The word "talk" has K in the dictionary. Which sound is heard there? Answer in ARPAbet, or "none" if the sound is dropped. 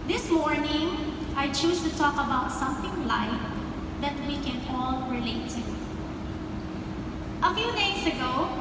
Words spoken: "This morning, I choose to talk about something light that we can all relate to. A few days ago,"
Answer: K